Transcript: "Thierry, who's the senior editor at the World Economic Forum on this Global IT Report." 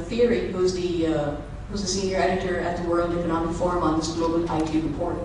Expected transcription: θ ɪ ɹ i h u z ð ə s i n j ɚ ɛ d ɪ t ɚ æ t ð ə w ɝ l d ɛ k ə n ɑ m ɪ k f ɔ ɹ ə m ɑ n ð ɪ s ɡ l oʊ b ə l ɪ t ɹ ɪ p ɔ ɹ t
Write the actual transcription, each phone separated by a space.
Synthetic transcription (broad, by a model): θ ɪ ɹ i h u z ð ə s i n j ɚ ɛ d ɪ t ɚ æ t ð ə w ɝ l d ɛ k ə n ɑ m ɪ k f ɔ ɹ ə m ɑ n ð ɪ s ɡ l oʊ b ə l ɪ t ɹ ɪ p ɔ ɹ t